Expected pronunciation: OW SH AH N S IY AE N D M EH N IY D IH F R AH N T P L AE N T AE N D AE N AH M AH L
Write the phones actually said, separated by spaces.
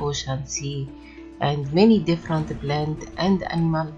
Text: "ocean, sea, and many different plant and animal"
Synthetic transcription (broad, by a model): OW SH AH N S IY AE N D M EH N IY D IH F R AH N T B L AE N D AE N D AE N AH M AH L